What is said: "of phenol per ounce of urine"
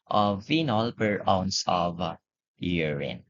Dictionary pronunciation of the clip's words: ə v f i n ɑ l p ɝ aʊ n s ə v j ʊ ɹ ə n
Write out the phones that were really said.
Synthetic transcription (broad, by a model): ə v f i n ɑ l p ɝ aʊ n s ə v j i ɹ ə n